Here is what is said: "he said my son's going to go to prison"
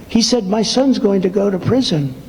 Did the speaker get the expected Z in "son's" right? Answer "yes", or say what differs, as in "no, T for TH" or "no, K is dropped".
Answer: yes